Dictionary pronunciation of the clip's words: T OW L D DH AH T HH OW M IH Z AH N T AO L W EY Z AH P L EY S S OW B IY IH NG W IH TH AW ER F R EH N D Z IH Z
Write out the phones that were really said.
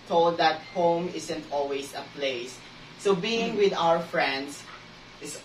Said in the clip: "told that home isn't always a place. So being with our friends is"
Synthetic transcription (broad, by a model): T OW L D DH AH T HH OW M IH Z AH N T AO L W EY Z AH P L EY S S OW B IY IH NG W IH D AW ER F R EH N D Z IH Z